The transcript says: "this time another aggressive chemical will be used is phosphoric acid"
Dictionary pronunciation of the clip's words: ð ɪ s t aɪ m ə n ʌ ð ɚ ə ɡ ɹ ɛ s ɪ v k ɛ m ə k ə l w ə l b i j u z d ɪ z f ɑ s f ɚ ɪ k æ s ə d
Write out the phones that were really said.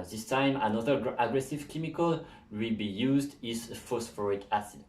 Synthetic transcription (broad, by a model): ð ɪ s t aɪ m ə n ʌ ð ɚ ə ɡ ɹ ɛ s ɪ v k ɛ m ə k ə l w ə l b i j u z d ɪ z f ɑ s f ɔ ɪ k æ s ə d